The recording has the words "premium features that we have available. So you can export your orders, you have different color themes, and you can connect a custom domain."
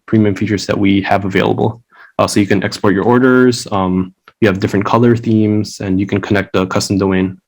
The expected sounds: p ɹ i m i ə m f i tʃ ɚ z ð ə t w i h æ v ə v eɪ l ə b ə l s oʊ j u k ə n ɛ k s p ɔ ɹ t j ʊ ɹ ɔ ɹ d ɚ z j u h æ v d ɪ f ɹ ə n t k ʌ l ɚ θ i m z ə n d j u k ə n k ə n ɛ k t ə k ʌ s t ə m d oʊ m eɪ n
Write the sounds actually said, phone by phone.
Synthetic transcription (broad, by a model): p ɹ i m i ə m f i tʃ ɚ z ð ə t w i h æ v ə v eɪ l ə b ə s oʊ j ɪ k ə n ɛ k s p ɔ ɹ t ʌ ɹ ɔ ɹ d ɚ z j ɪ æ v d ɪ f ɹ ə n k ʌ l ɚ θ i m z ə n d j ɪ k ə n k ə n ɛ k t ə k ʌ s t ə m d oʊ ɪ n